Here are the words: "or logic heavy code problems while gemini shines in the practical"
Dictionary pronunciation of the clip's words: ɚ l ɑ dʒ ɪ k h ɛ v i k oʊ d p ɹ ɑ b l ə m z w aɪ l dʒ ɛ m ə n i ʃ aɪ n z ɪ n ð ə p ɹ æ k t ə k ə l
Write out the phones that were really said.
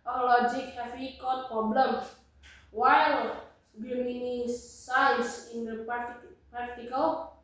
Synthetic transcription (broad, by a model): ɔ l ɑ dʒ ɪ k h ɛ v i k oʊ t p ɹ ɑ b l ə m w aɪ l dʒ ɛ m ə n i s aɪ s ɪ n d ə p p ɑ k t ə k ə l